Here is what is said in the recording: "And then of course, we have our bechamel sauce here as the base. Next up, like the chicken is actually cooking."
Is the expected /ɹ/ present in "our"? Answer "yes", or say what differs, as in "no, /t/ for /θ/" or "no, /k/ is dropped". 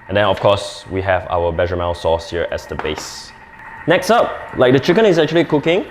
no, /w/ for /ɹ/